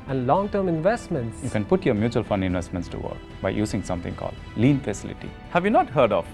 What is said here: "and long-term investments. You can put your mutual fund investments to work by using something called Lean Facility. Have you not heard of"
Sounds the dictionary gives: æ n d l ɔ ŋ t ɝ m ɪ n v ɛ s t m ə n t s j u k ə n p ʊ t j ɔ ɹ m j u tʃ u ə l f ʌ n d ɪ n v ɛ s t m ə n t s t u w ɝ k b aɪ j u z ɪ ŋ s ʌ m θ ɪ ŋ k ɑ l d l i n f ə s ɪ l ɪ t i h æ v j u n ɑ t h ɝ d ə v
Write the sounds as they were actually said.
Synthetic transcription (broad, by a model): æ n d l ɔ ŋ t ɝ m ɪ n v ɛ s t m ə n t s j u k ə n p ʊ t j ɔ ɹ m j u tʃ u ə l f ʌ n d ɪ n v ɛ s t m ə n t s t u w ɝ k b aɪ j u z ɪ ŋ s ʌ m t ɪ ŋ k ɑ l d l i n f ə s ɪ l ɪ t i h æ v j u n ɑ t h ɝ d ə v